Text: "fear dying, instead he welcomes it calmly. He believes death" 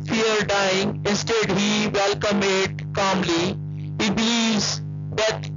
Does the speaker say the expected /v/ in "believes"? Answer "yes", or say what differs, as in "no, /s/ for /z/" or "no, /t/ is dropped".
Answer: no, /v/ is dropped